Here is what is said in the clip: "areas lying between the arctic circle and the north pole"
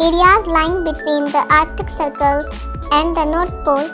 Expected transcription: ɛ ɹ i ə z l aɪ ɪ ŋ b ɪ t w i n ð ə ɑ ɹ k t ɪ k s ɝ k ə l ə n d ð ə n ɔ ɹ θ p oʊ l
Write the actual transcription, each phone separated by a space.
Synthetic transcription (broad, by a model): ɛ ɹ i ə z l aɪ ɪ ŋ b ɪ t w i n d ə ɑ ɹ k t ɪ k s ɝ k ə l ə n d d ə n ɔ ɹ t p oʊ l